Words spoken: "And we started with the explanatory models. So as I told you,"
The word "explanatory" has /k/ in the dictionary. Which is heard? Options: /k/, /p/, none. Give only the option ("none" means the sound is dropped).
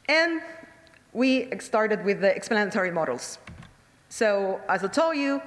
/k/